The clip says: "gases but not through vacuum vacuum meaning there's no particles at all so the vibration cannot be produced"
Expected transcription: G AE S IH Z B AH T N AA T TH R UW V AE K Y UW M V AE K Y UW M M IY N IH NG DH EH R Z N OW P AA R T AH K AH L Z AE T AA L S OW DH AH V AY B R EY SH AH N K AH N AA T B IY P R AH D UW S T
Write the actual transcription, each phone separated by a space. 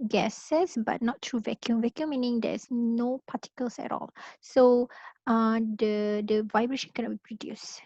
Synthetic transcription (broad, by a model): G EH S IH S B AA T N AA T R UW V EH K Y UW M V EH K Y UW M M IY N IH NG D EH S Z N OW P AA T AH K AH L S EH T AA L S OW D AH V AY B R EY SH AH N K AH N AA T B IY P R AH D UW S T